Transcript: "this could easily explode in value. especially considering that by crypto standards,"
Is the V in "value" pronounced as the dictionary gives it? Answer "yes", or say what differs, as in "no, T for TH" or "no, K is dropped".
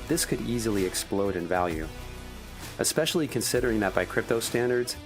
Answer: yes